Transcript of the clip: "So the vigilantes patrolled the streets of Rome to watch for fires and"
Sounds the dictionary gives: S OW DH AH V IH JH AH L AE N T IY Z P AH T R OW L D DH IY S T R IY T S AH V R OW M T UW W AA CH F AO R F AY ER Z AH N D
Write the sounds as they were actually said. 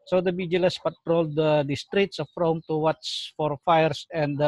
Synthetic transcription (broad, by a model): S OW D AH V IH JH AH L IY S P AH T R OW L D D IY S T R IY T S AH F R OW M T UW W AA S F AO R F AY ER S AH N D